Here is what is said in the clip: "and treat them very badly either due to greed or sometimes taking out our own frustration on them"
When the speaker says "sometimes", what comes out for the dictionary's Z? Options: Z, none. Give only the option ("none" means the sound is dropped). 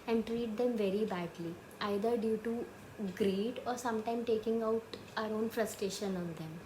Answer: none